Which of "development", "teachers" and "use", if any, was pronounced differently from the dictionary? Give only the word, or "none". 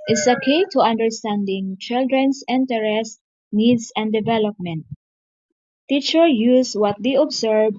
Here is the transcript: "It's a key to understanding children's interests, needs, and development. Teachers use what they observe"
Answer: teachers